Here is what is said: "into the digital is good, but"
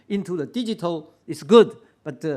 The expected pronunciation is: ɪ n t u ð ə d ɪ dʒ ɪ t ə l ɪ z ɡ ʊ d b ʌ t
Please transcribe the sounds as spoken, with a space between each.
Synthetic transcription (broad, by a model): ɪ n t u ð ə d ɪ dʒ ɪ t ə l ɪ s ɡ ʊ d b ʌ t